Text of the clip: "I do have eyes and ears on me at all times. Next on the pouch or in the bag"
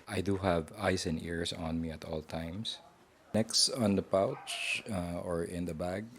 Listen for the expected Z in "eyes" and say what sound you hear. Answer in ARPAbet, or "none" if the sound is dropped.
S